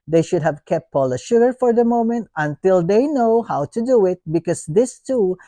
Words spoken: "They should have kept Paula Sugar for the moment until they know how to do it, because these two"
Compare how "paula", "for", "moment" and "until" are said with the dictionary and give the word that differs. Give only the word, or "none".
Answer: none